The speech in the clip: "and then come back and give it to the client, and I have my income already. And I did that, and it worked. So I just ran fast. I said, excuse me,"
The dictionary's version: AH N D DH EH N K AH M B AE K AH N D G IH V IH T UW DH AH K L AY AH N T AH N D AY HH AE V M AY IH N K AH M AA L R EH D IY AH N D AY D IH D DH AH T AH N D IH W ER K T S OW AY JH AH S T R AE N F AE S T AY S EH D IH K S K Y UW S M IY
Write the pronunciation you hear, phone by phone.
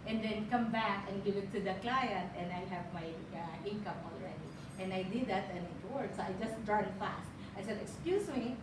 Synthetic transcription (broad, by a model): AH N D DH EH N K AH M B AE K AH N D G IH IH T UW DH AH K L AY AH N T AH N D AY HH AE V M AY IH N K AH M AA L R EH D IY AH N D AY D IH D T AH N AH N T IH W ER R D S OW AY JH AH S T R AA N F AE S T AY S EH D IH K S K Y UW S M IY